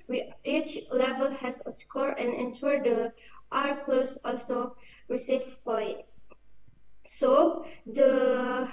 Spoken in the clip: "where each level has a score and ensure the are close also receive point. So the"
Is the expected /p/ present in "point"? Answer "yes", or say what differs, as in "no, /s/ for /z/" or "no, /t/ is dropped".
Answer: no, /f/ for /p/